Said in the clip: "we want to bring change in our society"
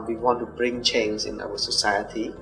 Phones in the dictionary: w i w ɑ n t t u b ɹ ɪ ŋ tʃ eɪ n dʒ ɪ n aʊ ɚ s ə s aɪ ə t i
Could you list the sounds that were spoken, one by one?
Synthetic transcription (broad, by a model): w i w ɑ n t t u b ɹ ɪ ŋ tʃ eɪ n z ɪ n aʊ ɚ s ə s aɪ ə t i